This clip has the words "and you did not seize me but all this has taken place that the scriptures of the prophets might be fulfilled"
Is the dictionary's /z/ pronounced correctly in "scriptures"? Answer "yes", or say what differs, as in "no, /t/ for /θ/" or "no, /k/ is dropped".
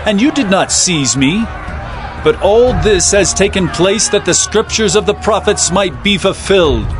yes